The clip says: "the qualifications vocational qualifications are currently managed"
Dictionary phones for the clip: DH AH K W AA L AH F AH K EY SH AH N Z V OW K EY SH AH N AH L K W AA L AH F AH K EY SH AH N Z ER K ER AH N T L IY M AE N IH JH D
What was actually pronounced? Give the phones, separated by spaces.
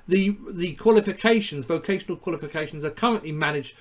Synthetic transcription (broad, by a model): DH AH K W AA L AH F AH K EY SH AH N Z V OW K EY SH AH N AH L K W AA L AH F AH K EY SH AH N Z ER K ER AH N T L IY M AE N IH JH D